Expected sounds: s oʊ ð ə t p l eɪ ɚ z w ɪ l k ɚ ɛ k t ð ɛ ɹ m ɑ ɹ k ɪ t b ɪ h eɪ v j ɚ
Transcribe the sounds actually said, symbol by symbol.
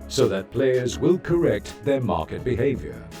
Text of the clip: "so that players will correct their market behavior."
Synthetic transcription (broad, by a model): s oʊ ð ə t p l eɪ ɚ z w ɪ l k ɚ ɛ k t ð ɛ ɹ m ɑ ɹ k ɪ t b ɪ h eɪ v j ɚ